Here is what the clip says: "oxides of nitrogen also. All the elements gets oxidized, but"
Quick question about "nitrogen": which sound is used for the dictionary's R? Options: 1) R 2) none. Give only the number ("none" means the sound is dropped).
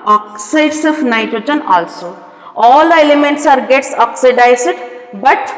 2